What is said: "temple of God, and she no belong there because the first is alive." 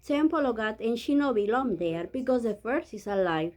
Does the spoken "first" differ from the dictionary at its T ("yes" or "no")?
yes